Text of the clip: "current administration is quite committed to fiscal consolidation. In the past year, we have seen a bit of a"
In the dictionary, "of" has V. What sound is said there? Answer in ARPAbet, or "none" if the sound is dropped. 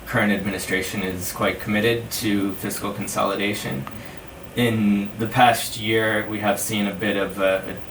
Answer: V